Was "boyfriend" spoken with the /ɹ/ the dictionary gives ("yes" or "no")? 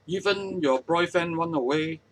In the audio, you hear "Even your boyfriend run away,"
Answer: no